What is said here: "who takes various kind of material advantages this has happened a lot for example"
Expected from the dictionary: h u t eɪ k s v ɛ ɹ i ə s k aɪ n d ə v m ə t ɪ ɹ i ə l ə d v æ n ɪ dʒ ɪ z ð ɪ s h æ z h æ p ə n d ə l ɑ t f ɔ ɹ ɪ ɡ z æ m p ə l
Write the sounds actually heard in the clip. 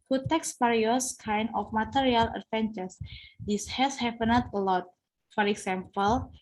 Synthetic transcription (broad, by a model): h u t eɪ k s p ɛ ɹ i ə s k aɪ n d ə f m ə t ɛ ɹ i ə l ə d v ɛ n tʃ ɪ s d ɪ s h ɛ s h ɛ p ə n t ə l ɑ t f ɔ ɹ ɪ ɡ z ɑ m p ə l